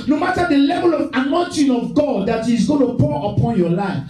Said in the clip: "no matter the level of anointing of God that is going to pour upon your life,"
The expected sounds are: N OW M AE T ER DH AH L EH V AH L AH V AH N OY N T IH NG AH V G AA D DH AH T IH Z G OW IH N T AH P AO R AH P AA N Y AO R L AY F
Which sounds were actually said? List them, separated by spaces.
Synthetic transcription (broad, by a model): N OW M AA T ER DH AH L EH V AH L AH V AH N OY N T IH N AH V G AA D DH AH T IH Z G OW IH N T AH P AO R AH P AA N Y AO L AY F